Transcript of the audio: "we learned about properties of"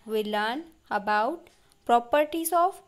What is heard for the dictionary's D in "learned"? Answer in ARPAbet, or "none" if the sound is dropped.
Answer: none